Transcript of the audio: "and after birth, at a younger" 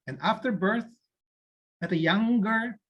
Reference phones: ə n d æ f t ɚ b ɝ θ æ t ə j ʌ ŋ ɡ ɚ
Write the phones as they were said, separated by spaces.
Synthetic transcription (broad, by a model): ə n æ f t ɚ b ɝ θ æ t ə j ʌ ŋ ɡ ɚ